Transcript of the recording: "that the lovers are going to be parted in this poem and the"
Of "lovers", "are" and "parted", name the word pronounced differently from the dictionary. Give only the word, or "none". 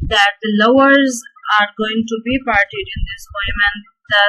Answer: lovers